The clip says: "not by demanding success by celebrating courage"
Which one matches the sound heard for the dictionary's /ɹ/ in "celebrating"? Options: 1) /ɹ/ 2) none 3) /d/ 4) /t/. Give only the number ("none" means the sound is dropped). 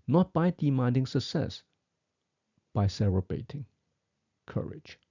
2